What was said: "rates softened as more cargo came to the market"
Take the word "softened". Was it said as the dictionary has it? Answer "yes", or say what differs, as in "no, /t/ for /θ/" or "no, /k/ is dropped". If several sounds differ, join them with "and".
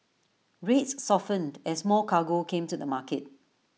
yes